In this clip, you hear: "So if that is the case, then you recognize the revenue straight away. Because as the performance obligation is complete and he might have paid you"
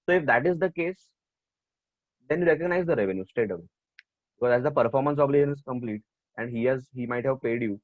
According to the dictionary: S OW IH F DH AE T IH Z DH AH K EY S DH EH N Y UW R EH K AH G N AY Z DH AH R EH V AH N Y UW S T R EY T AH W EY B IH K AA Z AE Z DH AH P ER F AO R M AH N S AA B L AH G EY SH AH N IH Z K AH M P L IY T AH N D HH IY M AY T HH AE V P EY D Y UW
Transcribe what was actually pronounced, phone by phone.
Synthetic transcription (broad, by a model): S OW IH F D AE T IH Z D AH K EY S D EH N Y UW R EH K AH G N AY Z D AH R EH V AH N Y UW S T EY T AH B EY B IH K AA Z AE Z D AH P ER F AO R M AH N S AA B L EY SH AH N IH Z K AH M P L IY T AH N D HH IY M AY T HH AE V P EY D Y UW